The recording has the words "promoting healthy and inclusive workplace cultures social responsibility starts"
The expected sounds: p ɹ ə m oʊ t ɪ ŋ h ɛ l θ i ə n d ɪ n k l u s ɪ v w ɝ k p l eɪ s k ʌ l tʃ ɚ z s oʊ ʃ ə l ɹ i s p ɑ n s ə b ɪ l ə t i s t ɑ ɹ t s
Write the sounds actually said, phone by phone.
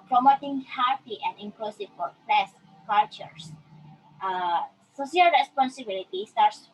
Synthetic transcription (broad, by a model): p ɹ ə m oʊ t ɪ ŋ h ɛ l t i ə n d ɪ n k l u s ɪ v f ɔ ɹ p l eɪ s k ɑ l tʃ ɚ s s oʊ s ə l ɹ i s p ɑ n s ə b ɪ l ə t i s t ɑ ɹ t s